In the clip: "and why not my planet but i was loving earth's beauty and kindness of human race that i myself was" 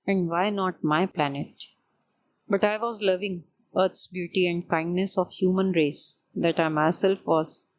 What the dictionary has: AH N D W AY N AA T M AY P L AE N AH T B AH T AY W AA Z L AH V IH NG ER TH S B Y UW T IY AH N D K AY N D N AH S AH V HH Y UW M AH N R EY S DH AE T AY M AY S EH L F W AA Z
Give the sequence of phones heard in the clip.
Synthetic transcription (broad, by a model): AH N D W AY N AA T M AY P L AE N AH T B AH T AY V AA Z L AH V IH NG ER T S B Y UW T IY AH N D K AY N D N AH S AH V HH Y UW M AH N R EY S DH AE T AY M AY S EH L F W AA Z